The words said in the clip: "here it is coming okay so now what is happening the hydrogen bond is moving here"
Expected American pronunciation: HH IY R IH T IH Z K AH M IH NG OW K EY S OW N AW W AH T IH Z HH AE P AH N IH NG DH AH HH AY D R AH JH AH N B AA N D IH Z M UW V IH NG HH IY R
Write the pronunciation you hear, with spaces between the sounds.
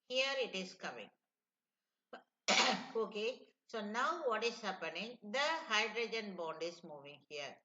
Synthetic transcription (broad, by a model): HH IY R IH T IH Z K AH M IH NG OW K EY S OW N AW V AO T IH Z HH AE P AH N IH NG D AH HH AY D R AH JH AH N B AA N D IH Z M UW V IH NG HH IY R